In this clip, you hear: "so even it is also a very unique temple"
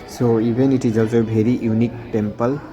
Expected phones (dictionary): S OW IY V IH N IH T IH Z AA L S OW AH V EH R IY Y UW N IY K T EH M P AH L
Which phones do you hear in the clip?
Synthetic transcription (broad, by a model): S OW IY B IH N IH T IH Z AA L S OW AH B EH R IY Y UW N IY K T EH M P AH L